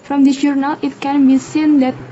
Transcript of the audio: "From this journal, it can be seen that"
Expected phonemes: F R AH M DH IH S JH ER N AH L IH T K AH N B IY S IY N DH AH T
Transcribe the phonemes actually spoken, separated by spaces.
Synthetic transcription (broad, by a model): F R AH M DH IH JH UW N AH L IH T K AH N B IY S IY N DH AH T